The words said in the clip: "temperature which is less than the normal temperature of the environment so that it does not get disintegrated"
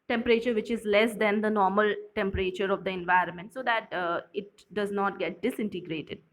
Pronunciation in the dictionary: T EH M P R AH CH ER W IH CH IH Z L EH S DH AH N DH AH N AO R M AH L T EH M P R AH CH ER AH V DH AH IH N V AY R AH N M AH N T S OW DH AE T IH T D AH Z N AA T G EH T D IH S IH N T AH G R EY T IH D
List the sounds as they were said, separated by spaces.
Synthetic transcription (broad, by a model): T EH M P R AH CH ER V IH CH IH Z L EH S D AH N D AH N AO R M AH L T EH M P R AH CH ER AH V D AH IH N V AY R AH N M AH N T S OW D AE T IH T D AH Z N AA T G EH T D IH S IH N T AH G R EY T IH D